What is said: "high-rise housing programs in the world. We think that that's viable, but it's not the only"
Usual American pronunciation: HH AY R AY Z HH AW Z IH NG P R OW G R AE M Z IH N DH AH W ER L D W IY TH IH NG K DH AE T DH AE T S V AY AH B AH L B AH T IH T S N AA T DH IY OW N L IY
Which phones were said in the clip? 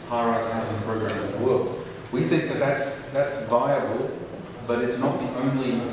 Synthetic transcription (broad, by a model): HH AY R AY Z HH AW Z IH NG P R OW G R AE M IH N DH AH W ER L D W IY TH IH NG K DH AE T DH AE T S V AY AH B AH L B AH T IH T S N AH T DH IY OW N L IY